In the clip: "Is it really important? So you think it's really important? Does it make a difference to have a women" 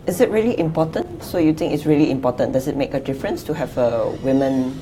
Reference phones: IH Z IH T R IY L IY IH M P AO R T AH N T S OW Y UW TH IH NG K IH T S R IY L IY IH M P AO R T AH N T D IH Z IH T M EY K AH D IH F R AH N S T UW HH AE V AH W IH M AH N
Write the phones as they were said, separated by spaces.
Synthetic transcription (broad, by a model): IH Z IH T R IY L IY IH M P AO T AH N T S OW Y UW T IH NG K IH T S R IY L IY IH M P AO T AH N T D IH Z IH T M EY K AH D IH F R AH N S T UW HH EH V AH W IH M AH N